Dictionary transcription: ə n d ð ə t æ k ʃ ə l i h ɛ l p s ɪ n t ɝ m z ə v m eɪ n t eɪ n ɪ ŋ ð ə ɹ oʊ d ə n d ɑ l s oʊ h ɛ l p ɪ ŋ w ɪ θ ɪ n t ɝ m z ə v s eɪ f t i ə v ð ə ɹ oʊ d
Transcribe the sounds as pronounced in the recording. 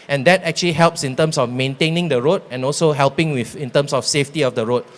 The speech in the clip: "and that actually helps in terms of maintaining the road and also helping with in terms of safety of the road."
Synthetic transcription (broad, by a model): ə n d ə t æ k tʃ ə l i h ɛ l p s ɪ n t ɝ m s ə f m eɪ n t eɪ n ɪ ŋ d ə ɹ oʊ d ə n ɑ l s oʊ h ɛ l p ɪ ŋ w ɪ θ ɪ n t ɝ m s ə f s eɪ f t i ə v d ə ɹ oʊ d